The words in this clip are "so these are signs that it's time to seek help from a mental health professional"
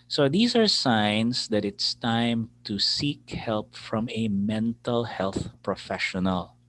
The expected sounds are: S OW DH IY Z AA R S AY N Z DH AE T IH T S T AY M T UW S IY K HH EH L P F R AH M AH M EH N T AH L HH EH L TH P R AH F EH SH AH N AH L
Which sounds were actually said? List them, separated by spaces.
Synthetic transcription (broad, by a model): S OW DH IY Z AA R S AY N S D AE T IH T S T AY M T UW S IY K HH EH L P F R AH M AH M EH N T AH L HH EH L TH P R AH F EH SH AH N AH L